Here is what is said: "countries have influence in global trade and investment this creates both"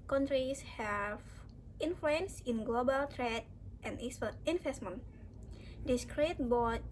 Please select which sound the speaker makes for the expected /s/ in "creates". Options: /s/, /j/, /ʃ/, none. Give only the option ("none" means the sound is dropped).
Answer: none